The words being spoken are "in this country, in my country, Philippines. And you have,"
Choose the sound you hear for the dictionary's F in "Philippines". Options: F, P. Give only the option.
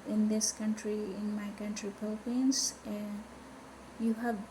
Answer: P